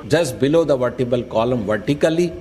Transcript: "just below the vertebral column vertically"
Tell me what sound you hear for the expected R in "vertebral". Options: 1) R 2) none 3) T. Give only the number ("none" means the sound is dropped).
2